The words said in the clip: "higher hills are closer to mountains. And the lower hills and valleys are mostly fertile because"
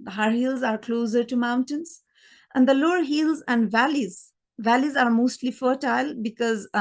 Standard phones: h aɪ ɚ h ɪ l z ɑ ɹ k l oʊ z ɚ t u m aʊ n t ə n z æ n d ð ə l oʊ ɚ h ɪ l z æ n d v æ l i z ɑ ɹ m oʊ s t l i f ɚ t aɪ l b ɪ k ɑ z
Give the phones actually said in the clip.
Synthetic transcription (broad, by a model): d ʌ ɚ h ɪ l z ɑ ɹ k l oʊ z ɚ t u m aʊ n t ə n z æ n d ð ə l oʊ ɚ h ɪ l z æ n d v æ l i z ɑ ɹ m oʊ s t l i f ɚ t aɪ l b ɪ k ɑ z